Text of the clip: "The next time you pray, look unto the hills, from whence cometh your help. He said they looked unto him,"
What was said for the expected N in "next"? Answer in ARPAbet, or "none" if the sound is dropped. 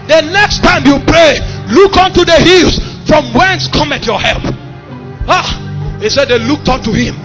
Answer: N